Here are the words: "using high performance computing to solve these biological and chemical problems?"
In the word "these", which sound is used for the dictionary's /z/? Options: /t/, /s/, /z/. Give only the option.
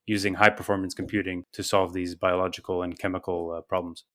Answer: /z/